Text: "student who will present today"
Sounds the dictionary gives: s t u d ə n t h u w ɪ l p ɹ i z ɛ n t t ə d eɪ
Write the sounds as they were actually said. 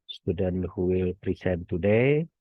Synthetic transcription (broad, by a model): s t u d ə n h u w ɪ l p ɹ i s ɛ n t t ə d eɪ